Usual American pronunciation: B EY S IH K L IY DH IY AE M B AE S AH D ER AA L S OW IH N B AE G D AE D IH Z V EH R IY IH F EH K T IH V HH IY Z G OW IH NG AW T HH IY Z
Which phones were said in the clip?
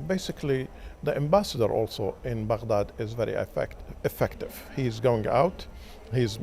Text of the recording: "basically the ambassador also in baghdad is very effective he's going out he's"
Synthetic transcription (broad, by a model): B EY S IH K L IY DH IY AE M B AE S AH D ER AA L S OW IH N B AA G D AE D IH Z V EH R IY IH F EH K T IH V HH IY Z G OW IH NG AW T HH IY Z